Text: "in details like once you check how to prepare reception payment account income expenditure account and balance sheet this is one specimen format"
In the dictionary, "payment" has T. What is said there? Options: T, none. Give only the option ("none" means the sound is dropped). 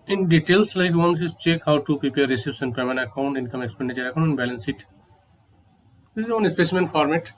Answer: none